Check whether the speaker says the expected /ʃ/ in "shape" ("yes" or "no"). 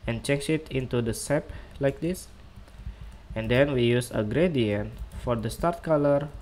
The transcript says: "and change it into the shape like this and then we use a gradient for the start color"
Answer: no